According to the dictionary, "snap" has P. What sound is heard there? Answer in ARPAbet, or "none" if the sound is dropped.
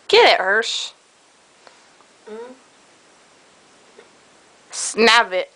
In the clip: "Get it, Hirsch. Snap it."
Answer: B